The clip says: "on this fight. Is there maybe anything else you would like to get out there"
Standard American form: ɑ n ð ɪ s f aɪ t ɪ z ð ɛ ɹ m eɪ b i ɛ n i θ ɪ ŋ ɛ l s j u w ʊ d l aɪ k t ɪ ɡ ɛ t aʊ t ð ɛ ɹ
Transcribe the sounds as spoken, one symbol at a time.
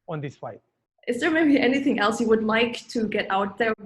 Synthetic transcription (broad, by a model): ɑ n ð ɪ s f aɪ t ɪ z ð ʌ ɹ m eɪ b i ɛ n i θ ɪ ŋ ɛ l s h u w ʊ d l aɪ k t ɪ ɡ ɛ t aʊ t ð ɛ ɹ